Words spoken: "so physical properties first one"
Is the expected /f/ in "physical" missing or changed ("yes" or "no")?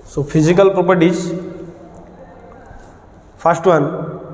yes